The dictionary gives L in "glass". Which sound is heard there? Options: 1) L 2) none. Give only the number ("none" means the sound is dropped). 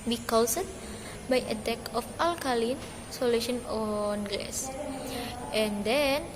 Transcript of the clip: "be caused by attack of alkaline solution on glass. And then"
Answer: 2